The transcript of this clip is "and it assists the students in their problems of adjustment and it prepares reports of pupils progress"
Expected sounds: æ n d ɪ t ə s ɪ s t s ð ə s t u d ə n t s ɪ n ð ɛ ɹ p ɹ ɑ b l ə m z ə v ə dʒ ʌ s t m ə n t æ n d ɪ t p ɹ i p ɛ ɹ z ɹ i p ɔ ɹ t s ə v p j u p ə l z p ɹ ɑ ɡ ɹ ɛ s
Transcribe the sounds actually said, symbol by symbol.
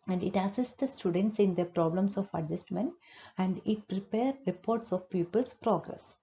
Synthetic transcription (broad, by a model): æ n d ɪ t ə s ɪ s t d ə s t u d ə n t s ɪ n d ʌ p ɹ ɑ b l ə m s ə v ə dʒ ʌ s t m ə n t æ n d ɪ t p ɹ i p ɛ ɹ ɹ i p ɔ ɹ t s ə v p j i p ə l s p ɹ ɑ ɡ ɹ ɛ s